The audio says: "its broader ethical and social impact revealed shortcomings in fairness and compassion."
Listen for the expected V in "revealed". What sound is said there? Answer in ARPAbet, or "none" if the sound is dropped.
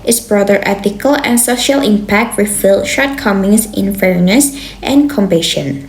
F